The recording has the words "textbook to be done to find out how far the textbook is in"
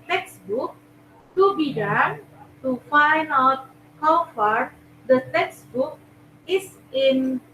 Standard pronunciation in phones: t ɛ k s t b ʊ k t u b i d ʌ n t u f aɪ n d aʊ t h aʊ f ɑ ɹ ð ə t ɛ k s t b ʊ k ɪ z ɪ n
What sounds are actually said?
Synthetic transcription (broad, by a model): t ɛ k s t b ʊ k t u b i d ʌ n t u f aɪ n d aʊ t h aʊ f ɑ ɹ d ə t ɛ k s t b ʊ k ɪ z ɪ n